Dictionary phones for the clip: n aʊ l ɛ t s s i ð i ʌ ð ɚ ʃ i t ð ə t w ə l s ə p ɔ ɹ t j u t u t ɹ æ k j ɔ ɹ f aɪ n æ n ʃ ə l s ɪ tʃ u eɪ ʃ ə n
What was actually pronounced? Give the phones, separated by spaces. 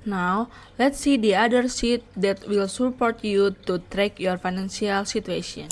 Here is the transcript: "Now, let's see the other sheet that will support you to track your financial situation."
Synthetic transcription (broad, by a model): n aʊ l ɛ t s s i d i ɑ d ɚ s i t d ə t w ə l s ə p ɔ ɹ t j u t u t ɹ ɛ k j ɔ ɹ f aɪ n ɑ n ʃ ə l s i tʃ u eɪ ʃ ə n